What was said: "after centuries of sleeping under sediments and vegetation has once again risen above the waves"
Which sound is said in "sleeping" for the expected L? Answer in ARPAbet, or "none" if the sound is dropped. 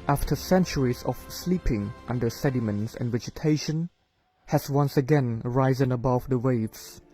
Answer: L